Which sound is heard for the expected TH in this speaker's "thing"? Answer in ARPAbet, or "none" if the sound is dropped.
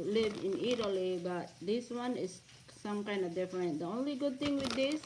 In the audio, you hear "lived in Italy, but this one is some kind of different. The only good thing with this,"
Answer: T